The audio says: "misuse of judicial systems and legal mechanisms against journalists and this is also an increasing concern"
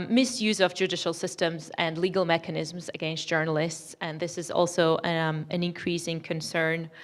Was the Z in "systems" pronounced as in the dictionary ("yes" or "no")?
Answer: yes